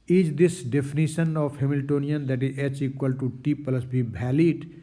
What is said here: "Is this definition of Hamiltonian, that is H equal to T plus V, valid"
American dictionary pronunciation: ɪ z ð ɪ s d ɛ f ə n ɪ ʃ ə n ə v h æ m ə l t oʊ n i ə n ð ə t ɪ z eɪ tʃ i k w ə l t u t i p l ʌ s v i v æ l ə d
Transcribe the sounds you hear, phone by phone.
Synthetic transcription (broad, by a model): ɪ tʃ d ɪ s d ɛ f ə n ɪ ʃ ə n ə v h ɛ m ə l t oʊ n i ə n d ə t ɪ z eɪ tʃ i k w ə l t u t i p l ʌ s b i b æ l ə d